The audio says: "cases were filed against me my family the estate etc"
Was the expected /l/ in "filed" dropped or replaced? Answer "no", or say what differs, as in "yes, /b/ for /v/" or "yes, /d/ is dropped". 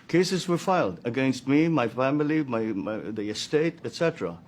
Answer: no